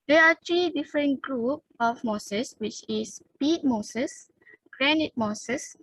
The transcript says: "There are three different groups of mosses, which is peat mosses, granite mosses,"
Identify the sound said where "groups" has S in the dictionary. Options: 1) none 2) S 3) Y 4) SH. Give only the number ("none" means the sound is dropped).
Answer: 1